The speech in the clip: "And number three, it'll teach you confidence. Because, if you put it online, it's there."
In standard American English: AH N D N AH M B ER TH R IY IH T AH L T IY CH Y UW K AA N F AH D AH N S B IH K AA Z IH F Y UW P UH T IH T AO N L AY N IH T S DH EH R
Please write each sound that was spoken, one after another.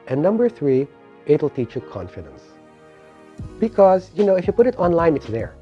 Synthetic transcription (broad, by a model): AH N N AH M B ER TH R IY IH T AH L T IY CH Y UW K AA N F AH D AH N S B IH K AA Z IH F Y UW P UH T IH T AO N L AY N IH T S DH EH R